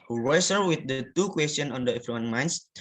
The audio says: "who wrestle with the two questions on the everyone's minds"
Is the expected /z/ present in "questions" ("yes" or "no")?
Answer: no